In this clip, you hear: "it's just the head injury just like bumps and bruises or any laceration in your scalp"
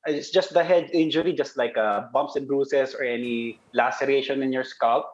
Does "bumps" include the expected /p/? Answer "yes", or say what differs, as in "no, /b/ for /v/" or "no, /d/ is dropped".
yes